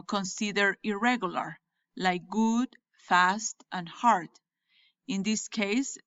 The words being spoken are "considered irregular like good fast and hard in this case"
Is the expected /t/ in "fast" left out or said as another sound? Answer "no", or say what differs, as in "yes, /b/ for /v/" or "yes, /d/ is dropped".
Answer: no